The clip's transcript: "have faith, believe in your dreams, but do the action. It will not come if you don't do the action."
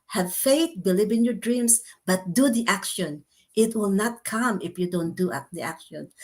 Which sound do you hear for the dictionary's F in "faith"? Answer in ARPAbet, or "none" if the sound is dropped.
F